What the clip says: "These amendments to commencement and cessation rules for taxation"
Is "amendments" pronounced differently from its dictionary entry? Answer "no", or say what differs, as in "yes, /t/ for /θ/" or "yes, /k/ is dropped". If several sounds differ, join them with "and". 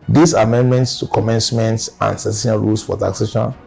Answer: no